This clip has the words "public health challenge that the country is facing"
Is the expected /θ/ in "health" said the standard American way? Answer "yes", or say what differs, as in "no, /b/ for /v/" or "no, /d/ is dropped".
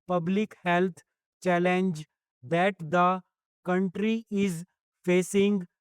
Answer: no, /t/ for /θ/